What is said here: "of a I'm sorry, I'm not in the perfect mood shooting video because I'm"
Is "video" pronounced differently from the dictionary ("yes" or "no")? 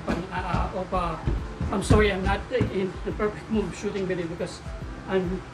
yes